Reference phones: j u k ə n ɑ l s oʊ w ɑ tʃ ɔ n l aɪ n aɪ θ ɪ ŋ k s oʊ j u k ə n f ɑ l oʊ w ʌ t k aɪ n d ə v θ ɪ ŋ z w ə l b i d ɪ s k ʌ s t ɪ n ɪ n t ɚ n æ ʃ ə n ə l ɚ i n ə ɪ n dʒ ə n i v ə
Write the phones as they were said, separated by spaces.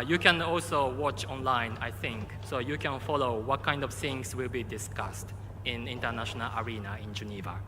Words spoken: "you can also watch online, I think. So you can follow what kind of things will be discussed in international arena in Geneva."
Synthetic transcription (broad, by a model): j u k ə n ɑ l s oʊ w ɑ tʃ ɔ n l aɪ n aɪ θ ɪ ŋ k s oʊ j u k ə n f ɑ l oʊ w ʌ t k aɪ n d ə v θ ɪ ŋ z w ə l b i d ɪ s k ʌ s t ɪ n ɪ n t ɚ n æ ʃ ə n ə l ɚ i n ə ɪ n dʒ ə n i v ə